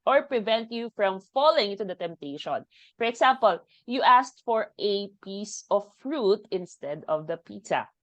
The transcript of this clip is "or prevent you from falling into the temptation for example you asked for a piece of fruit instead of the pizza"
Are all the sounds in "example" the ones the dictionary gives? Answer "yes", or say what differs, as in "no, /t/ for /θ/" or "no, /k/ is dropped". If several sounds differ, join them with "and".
no, /s/ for /z/